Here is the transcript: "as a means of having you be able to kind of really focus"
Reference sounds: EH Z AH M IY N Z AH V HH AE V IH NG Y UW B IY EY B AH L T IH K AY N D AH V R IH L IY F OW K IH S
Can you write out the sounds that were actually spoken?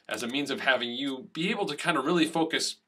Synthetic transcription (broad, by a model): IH Z AH M IY N Z AH V HH AE V IH NG Y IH B IY EY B L T IH K AY N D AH R IH L IY F OW K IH S